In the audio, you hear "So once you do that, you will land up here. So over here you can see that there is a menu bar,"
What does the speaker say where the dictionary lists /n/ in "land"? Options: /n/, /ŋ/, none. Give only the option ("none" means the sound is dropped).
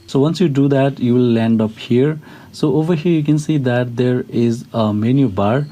/n/